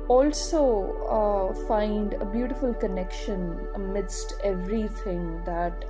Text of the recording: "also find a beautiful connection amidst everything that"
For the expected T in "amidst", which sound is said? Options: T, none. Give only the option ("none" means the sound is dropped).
T